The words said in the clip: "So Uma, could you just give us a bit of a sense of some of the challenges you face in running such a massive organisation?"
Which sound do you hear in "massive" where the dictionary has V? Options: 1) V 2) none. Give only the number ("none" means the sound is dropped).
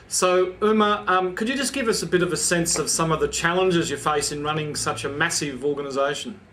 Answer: 1